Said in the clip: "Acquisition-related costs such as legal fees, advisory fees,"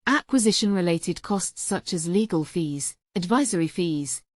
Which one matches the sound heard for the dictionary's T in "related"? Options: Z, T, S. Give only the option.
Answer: T